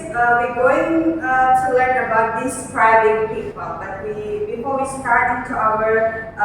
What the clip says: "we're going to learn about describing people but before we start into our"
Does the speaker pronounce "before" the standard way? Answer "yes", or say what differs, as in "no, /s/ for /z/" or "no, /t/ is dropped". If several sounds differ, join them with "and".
no, /l/ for /ɹ/